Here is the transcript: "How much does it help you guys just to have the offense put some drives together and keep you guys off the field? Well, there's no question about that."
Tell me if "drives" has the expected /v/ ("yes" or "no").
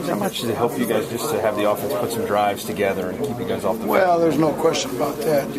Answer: yes